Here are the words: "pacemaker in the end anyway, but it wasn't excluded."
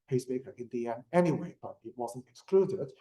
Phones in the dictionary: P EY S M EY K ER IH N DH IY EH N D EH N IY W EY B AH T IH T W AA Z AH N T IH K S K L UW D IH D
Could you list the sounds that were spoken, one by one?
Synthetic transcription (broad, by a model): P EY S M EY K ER IH N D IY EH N EH N IY W EY B AH T IH T W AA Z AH N T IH K S K L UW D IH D